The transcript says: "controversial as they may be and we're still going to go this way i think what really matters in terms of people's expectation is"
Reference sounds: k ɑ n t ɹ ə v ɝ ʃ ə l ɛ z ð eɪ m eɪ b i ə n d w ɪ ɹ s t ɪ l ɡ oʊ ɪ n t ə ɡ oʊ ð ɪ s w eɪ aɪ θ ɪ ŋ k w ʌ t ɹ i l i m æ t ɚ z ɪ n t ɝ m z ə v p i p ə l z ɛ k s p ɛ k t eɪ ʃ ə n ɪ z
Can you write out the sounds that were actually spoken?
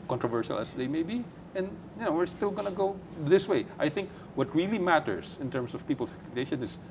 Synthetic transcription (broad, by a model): k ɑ n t ɹ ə v ɝ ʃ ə l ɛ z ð eɪ m eɪ b i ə n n w ɪ ɹ s t ɪ l ɡ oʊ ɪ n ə ɡ oʊ ð ɪ s w eɪ aɪ θ ɪ ŋ k w ʌ t ɹ i l i m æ t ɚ s ɪ n t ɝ m s ə v p i p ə l s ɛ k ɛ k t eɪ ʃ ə n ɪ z